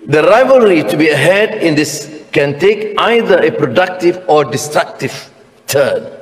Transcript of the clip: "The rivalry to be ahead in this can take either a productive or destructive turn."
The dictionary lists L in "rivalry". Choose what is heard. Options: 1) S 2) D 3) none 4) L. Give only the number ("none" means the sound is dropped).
4